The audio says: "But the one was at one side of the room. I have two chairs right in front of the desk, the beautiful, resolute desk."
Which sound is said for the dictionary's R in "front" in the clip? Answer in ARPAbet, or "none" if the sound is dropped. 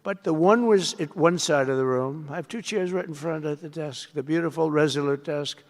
R